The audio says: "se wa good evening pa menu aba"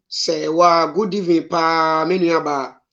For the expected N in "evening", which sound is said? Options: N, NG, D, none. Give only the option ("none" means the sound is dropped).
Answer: none